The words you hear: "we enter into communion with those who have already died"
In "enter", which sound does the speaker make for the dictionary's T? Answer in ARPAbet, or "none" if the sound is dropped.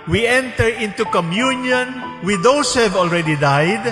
T